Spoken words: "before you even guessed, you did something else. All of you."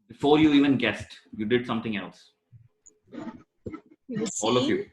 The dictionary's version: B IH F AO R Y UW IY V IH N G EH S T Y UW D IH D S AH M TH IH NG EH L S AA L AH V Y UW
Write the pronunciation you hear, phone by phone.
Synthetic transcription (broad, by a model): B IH F AO R Y UW IY V IH N G EH S T Y UW D IH D S AH M T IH NG EH L S AA L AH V Y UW